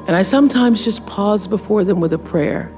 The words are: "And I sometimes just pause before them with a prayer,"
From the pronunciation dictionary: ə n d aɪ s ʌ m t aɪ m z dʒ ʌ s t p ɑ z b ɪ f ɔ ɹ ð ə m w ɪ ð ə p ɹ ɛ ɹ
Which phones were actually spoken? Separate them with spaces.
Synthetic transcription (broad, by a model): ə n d aɪ s ʌ m t aɪ m z dʒ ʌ s p ɑ z b ɪ f ɔ ɹ ð ə m w ɪ ð ə p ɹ ɛ ɹ